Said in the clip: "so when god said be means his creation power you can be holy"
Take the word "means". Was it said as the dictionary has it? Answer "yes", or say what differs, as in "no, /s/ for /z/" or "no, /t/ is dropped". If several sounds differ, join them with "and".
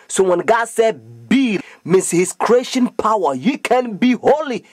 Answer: no, /s/ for /z/